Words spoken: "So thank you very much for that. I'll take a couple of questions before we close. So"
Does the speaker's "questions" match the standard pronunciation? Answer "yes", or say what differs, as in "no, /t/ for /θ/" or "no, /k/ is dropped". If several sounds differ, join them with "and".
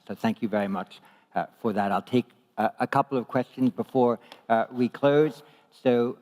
yes